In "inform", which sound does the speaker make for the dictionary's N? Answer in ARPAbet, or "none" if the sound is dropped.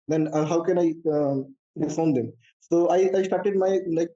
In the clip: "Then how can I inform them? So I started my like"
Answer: none